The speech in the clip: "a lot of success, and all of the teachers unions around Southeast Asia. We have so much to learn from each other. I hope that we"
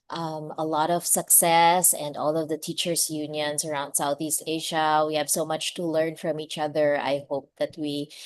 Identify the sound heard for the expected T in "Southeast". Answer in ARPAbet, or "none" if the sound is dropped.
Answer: T